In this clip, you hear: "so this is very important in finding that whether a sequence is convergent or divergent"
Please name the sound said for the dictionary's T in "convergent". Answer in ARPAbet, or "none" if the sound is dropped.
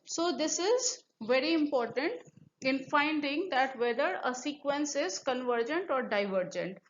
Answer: T